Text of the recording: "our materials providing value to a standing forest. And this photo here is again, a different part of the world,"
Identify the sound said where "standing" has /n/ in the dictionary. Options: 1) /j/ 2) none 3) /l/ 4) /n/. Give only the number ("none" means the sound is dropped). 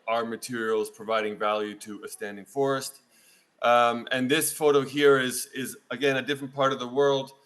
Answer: 4